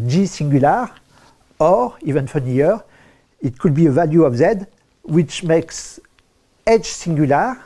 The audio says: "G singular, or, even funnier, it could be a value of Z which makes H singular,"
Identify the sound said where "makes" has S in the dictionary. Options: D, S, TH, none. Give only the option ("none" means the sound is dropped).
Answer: S